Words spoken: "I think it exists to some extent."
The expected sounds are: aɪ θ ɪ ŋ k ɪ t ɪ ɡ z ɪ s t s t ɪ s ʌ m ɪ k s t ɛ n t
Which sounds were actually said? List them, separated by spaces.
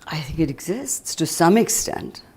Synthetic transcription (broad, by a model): aɪ θ ɪ ŋ k ɪ t ɪ ɡ z ɪ s t s t ɪ s ʌ m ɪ k s t ɛ n t